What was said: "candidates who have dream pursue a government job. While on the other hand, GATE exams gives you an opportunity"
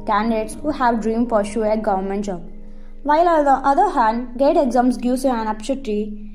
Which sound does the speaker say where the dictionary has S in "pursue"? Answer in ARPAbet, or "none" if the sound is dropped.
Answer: SH